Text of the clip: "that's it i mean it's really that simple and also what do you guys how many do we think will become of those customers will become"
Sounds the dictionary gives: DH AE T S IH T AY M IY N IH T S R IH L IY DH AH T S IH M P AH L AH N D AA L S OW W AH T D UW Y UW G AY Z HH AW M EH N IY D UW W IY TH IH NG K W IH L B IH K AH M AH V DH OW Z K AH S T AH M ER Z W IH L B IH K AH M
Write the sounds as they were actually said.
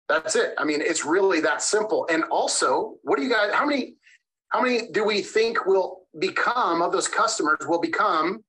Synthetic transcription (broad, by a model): DH AE T S IH T AY M IY N IH T S R IH L IY DH AH T S IH M P L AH N AA L S OW W AH T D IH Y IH G AY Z HH AW M EH N IY D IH W IY TH IH NG K W IH L B IH K AH M AH V DH OW Z K AH S T AH M ER Z W IH L B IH K AH M